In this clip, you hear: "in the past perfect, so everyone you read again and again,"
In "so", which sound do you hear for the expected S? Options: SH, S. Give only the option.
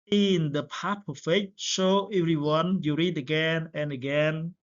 SH